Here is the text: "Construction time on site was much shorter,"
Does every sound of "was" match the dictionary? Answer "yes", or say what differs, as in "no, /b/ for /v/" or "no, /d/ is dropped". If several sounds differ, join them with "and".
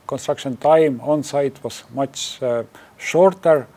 no, /s/ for /z/